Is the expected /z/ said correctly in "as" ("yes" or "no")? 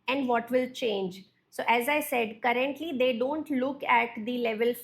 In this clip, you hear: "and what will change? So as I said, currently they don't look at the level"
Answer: yes